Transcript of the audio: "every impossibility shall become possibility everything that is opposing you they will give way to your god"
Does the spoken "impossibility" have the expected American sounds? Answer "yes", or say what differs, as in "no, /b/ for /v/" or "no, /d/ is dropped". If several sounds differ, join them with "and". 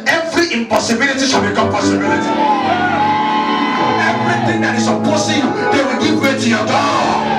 yes